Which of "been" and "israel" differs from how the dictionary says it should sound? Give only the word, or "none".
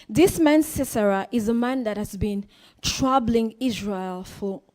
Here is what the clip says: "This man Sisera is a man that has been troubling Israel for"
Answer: none